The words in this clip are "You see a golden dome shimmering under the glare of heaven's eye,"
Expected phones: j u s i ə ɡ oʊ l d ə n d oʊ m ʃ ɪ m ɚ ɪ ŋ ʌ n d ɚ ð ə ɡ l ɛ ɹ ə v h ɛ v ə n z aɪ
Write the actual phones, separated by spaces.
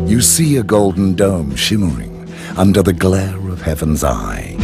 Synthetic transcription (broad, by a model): j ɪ s i ə ɡ oʊ l d n d oʊ m ʃ ɪ m ɚ ɪ ŋ ʌ n d ɚ ð ə ɡ l ɛ ɹ ə v h ɛ v ə n z aɪ